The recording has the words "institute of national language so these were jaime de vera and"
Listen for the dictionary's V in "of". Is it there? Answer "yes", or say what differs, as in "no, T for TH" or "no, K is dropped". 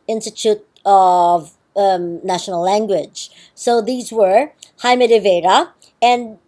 yes